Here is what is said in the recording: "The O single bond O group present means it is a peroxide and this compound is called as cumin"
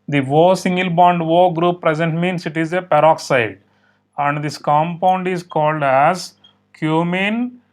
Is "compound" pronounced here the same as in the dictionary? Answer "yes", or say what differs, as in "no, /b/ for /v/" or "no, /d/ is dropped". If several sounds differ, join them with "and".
yes